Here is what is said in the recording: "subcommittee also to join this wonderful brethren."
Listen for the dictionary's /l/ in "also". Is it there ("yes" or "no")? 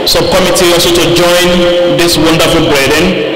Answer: no